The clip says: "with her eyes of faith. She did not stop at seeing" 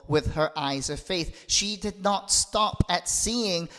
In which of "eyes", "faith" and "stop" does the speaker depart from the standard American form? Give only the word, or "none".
none